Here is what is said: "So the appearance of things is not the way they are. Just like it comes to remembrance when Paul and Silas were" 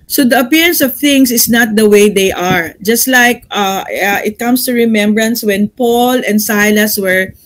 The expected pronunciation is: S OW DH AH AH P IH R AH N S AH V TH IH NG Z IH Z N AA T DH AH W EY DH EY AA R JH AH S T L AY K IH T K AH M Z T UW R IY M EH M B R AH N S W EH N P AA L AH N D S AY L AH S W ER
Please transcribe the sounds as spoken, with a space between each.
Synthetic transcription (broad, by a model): S OW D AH AH P IH R AH N S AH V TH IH NG S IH S N AA T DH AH W EY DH EY AA R JH AH S T L AY K IH T K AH M S T UW R IY M EH M B R AH N S W EH N P AA L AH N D S AY L AH S W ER